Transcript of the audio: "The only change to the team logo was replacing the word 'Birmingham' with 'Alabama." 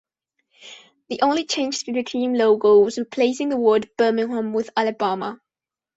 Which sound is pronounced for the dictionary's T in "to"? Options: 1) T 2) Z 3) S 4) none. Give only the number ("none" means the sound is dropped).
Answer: 3